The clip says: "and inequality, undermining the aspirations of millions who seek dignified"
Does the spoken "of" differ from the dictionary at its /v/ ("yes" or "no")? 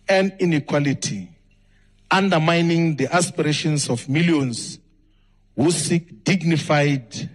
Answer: yes